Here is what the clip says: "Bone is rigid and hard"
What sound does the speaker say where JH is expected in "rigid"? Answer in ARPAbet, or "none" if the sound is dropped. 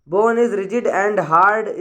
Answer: JH